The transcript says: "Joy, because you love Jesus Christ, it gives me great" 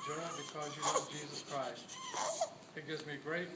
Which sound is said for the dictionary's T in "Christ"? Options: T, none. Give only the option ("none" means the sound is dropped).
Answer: T